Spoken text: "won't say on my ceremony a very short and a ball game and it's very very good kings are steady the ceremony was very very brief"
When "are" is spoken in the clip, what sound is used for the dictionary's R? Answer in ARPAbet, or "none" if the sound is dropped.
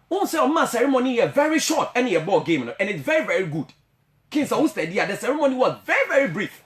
W